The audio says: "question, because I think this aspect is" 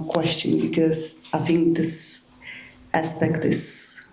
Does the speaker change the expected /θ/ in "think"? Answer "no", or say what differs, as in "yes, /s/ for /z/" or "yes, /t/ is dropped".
no